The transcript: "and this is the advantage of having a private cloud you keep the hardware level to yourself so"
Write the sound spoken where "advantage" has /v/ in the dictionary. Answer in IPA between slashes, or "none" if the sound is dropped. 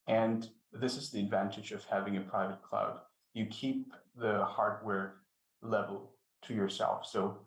/v/